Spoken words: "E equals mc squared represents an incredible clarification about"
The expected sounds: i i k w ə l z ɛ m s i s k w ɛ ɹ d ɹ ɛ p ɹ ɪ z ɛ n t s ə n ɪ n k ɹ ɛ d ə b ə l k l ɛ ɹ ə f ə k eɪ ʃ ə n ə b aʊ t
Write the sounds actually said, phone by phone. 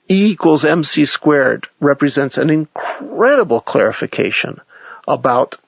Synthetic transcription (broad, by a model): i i k w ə l z ɛ m s i s k w ɛ ɹ d ɹ ɛ p ɹ ɪ z ɛ n t s ə n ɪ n k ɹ ɛ d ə b l k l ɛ ɹ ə f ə k eɪ ʃ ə n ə b aʊ t